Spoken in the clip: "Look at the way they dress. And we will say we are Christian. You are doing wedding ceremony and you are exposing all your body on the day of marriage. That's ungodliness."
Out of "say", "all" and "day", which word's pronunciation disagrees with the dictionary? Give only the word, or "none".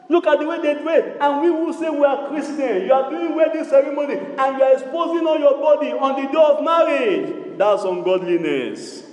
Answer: all